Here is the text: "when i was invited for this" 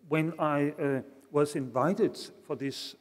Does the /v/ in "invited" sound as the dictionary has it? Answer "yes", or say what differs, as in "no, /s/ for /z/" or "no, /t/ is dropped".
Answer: yes